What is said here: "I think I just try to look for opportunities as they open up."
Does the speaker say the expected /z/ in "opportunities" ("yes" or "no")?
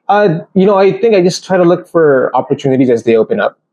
yes